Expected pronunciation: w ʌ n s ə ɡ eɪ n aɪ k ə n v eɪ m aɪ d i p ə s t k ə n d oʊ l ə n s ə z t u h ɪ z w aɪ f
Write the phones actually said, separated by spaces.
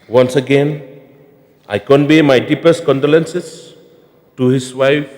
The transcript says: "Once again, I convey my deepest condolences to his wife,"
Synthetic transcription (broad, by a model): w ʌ n s ə ɡ eɪ n aɪ k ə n b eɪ m aɪ d i p ə s t k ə n d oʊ l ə n s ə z t u h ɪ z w aɪ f